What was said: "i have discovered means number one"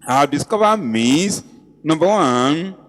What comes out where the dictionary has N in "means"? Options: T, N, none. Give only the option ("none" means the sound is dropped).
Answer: none